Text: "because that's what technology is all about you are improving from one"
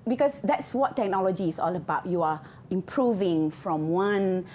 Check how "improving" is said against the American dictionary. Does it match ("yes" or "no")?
yes